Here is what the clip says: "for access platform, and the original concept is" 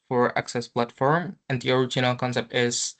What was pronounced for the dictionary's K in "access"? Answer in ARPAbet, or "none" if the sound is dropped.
K